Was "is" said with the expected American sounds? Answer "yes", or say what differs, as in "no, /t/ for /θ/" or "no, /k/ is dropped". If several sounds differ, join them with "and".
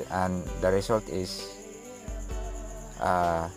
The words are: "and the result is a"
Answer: no, /s/ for /z/